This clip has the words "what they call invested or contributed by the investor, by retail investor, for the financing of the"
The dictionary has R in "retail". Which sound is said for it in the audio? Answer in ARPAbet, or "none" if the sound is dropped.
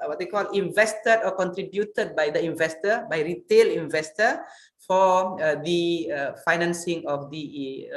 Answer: R